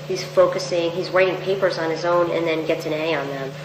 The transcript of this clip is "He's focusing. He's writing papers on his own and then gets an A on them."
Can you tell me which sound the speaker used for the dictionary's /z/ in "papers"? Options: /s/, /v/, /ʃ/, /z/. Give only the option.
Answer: /z/